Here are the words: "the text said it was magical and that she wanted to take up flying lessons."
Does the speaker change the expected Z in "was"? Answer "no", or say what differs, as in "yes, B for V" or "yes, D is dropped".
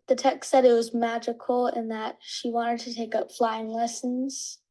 no